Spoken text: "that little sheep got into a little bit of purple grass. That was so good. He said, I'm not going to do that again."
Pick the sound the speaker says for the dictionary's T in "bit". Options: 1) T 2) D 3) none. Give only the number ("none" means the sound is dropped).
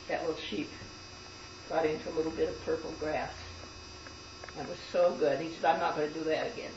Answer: 1